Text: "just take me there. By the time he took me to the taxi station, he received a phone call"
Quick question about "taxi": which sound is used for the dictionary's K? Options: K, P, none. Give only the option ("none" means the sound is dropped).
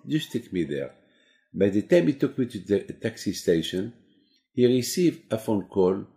K